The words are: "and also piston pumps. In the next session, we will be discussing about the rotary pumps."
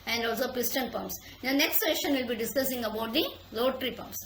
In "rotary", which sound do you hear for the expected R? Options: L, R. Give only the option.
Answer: L